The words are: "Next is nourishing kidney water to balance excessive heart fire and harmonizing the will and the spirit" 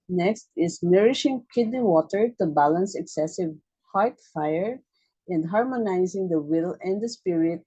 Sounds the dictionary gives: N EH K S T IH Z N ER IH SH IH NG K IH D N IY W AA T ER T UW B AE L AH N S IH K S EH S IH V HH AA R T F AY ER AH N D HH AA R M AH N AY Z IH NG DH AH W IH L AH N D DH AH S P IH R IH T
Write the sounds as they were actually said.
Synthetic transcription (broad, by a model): N EH K S T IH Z N ER IH SH IH NG K IH D N IY W AA T ER T UW B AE L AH N S IH K S EH S IH V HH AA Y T F AY ER AH N D HH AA R M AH N AY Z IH NG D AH W IH L AH N D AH S P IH R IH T